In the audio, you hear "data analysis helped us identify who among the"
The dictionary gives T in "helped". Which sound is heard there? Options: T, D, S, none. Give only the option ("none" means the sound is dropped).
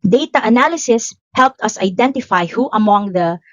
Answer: T